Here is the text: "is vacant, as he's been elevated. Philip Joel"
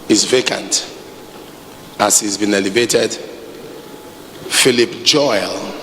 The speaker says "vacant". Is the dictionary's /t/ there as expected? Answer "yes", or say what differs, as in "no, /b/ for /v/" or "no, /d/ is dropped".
yes